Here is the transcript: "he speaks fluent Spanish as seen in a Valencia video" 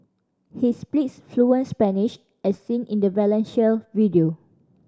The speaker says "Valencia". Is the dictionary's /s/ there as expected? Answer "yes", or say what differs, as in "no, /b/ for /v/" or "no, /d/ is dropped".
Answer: no, /ʃ/ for /s/